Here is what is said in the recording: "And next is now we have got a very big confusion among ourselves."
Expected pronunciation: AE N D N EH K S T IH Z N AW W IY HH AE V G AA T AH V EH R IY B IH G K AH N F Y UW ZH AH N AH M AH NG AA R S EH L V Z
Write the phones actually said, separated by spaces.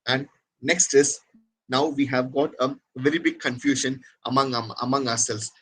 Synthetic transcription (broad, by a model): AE N D N EH K S T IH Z N AW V IY HH AE V G AA T AH V EH R IY B IH G K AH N F Y UW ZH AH N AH M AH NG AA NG S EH L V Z